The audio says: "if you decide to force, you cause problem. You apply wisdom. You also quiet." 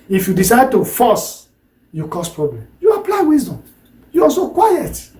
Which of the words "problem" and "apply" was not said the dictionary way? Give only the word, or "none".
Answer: none